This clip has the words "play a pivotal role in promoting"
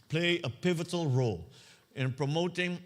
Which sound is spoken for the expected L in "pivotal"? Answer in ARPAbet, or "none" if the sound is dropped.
L